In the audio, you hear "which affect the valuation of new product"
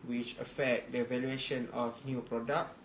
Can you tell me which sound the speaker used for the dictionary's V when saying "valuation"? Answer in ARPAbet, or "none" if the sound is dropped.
V